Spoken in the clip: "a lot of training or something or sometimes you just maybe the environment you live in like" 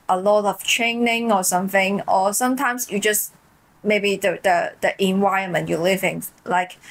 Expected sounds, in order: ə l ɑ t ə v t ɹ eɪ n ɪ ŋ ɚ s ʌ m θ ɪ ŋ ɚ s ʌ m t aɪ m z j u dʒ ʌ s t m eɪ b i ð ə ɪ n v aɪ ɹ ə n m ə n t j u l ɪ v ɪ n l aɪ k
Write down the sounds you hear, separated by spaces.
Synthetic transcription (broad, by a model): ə l ɑ t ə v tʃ eɪ n ɪ ŋ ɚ s ʌ m θ ɪ ŋ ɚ s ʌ m t aɪ m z j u dʒ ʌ s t m eɪ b i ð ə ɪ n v aɪ ə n m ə n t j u l ɪ v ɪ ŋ l aɪ k